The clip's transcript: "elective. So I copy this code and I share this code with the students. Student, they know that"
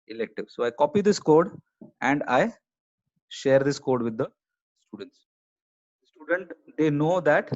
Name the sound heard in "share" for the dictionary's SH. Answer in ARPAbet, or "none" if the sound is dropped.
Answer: SH